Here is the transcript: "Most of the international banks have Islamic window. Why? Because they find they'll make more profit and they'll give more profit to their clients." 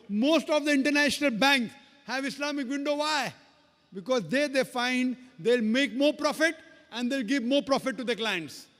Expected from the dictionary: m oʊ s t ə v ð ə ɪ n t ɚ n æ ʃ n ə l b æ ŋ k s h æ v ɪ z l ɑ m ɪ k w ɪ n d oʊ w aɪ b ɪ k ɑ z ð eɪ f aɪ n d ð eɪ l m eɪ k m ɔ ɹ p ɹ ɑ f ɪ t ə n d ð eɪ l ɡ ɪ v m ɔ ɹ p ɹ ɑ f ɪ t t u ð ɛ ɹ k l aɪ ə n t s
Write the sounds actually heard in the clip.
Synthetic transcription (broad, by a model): m oʊ s t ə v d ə ɪ n t ɚ n æ ʃ n ə l b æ ŋ k h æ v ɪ s l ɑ m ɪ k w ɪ n d oʊ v aɪ b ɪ k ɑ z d eɪ f aɪ n d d eɪ l m eɪ k m ɔ ɹ p ɹ ɑ f ɪ t ə n d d eɪ l ɡ ɪ v m ɔ ɹ p ɹ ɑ f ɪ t t u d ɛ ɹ k l aɪ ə n t s